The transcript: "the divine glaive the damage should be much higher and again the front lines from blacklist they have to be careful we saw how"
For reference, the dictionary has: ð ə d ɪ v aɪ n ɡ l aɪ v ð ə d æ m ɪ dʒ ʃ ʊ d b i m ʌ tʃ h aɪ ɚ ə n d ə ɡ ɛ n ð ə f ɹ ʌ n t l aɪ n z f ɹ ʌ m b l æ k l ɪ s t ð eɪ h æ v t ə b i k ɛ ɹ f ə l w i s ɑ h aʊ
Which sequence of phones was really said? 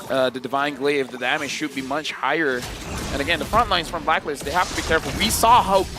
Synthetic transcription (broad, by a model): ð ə d ɪ v aɪ n ɡ l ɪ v ð ə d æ m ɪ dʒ ʃ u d b i m ʌ tʃ h aɪ ɚ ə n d ə ɡ ɛ n ð ə f ɹ ʌ n t l aɪ n z f ɹ ʌ m b l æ k l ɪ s ð eɪ h æ f t ə b i k ɛ ɹ f l w i s ɑ h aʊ